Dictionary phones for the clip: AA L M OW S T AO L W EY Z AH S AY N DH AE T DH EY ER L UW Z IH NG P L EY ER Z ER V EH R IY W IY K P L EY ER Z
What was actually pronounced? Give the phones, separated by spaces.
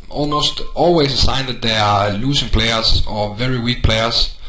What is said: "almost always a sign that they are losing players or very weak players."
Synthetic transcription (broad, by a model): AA L M OW S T AO L W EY S AH S AY N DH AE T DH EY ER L UW S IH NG P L EY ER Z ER V EH R IY W IY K P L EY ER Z